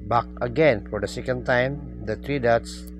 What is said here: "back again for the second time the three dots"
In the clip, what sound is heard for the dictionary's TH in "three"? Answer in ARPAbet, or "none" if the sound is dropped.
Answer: T